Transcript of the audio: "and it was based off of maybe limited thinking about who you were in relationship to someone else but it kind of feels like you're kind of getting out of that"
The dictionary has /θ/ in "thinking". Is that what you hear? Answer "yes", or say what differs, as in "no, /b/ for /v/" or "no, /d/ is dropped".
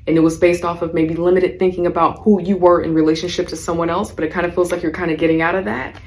yes